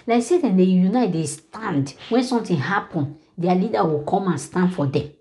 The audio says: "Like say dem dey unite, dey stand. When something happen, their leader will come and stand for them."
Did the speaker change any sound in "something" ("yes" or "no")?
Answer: yes